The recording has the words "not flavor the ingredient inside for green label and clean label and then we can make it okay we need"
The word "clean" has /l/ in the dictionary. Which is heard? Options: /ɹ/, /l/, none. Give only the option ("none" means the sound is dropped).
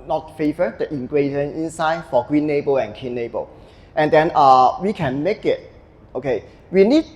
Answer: none